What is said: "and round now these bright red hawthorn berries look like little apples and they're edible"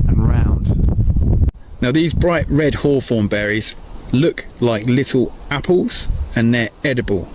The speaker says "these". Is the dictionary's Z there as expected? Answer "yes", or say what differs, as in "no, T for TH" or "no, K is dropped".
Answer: yes